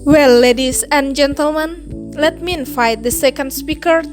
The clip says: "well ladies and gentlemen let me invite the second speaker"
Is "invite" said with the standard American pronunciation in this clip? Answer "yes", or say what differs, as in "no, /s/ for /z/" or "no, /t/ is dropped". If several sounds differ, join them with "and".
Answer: no, /f/ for /v/